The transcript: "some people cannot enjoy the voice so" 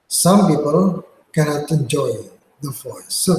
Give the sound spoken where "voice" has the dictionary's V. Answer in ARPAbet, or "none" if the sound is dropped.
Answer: F